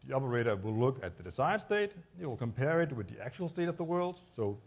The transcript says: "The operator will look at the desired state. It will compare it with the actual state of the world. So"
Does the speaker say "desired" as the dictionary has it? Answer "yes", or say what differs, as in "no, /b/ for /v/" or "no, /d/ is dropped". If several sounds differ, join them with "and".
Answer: no, /s/ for /z/